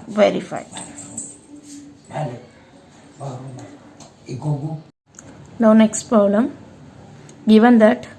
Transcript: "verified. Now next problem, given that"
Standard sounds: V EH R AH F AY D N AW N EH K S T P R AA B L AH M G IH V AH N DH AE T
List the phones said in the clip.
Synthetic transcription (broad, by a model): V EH R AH F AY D N AW N EH K S T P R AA L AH M G IH V AH N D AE T